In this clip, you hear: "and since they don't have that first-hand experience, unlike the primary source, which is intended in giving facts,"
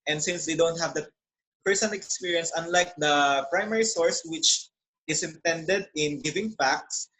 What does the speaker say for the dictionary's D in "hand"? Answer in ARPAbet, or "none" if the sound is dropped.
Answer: none